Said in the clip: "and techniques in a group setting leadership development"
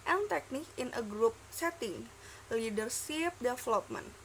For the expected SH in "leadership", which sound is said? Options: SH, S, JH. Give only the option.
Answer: S